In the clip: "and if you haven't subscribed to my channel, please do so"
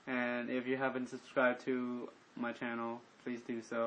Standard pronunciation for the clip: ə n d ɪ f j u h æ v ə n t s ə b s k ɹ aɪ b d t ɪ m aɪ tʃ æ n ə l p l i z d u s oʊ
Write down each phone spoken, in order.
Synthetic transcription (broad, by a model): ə n ɪ f j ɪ h æ v ə n t s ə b s k ɹ aɪ b t ɪ m aɪ tʃ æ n l p l i z d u s oʊ